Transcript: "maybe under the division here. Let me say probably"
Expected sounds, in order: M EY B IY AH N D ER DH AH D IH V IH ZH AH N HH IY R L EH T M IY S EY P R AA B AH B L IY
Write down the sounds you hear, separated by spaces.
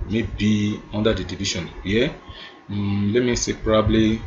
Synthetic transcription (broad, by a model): M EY B IY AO N D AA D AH D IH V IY SH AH N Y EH L EH T M IY S EY P R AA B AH B L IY